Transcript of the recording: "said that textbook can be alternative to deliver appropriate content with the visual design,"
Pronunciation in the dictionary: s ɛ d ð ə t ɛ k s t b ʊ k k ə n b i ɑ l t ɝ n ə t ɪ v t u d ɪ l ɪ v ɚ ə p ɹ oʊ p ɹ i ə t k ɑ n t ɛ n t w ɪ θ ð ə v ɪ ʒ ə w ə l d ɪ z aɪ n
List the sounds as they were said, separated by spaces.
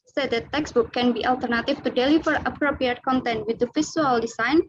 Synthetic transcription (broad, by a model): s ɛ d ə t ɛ k s b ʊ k k ə n b i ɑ l t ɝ n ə t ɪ f t u d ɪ l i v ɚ ə p ɹ oʊ p ɹ i ə t k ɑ n t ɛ n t w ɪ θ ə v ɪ s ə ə l d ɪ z aɪ n